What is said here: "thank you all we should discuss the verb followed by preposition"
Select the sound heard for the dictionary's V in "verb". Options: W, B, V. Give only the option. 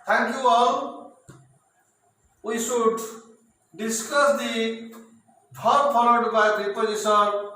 B